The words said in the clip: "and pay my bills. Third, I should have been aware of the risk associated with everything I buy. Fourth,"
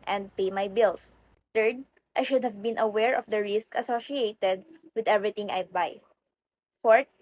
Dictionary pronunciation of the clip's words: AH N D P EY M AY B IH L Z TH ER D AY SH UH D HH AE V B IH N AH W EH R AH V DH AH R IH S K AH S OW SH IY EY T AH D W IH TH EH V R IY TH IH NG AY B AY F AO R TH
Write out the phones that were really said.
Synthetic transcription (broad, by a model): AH N D P EY M AY B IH L S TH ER D AY SH UH D HH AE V B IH N AH W EH R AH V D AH R IH S K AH S OW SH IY EY T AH D W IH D EH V R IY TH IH NG AY B AY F AO R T